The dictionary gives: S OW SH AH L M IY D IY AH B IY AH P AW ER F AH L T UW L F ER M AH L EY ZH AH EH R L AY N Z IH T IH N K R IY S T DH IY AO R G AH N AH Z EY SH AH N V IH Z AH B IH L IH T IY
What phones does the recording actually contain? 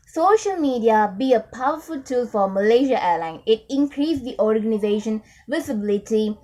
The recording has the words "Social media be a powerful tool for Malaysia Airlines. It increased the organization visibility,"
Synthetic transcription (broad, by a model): S OW SH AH L M IY D IY AH B IY AH P AW ER F AH L T UW L F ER M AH L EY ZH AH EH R L AY N IH T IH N K R IY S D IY AO R G AH N AH Z EY SH AH N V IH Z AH B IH L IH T IY